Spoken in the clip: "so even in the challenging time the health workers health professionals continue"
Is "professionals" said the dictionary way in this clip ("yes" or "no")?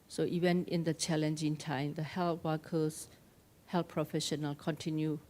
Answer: no